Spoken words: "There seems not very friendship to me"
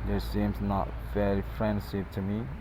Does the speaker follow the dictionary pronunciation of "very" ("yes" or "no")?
no